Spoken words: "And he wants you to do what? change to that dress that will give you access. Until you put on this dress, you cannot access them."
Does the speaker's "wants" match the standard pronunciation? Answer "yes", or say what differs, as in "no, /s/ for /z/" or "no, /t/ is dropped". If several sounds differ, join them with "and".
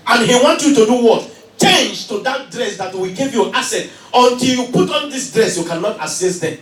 no, /s/ is dropped